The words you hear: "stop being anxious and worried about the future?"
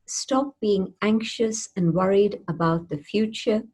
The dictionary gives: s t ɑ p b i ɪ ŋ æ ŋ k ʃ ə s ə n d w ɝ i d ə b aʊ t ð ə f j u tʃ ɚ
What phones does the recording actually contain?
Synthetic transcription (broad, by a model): s t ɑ p b i ɪ ŋ æ ŋ k ʃ ə s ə n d w ɝ i d ə b aʊ t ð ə f j u tʃ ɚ